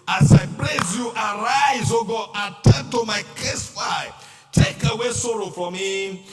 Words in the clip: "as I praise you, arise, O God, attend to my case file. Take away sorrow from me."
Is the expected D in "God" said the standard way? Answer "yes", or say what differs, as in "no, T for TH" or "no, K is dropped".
no, D is dropped